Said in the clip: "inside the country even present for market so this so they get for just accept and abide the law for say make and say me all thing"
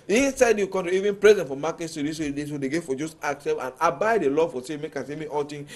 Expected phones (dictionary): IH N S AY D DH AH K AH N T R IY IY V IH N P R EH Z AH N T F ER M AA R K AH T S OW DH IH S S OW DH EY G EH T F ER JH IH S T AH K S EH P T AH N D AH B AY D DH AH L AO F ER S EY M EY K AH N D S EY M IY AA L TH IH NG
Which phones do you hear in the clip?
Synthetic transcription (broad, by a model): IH N S AY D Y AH K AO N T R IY IY V IH N P R EH Z AH N T F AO M AA K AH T S OW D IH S S OW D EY G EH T F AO JH IH S T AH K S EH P AH N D AH B AY D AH L AO F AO S EY M EY K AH S EY M IY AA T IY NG